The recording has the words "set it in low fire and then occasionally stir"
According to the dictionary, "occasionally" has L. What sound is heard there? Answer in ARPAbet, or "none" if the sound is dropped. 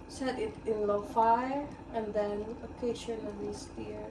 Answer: N